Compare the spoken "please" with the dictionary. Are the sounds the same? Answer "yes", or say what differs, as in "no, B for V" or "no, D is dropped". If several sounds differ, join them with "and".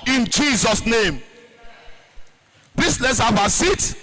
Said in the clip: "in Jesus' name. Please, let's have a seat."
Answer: no, L is dropped and S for Z